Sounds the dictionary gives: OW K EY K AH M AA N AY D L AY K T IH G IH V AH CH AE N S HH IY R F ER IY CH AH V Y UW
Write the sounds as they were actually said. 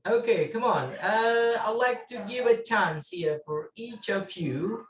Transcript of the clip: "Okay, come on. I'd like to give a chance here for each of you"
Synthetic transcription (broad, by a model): OW K EY K AH M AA N AY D L AY K T IH G IH V AH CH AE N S HH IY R F ER IY CH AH P Y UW